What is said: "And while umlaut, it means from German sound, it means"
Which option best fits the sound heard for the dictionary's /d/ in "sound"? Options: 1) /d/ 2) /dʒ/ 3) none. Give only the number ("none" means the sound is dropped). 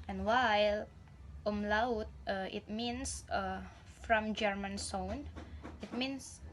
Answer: 3